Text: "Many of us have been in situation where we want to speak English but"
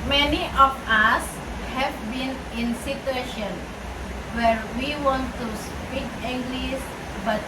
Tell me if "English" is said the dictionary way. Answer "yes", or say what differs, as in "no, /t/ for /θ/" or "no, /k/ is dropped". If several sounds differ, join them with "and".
no, /s/ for /ʃ/